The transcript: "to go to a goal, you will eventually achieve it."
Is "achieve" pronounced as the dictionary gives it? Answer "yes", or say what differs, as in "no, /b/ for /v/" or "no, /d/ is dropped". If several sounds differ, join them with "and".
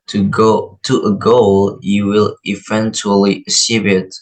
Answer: no, /s/ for /tʃ/ and /b/ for /v/